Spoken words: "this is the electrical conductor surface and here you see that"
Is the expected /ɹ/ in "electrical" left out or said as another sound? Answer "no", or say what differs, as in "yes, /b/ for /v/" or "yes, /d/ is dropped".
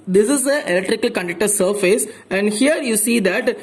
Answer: no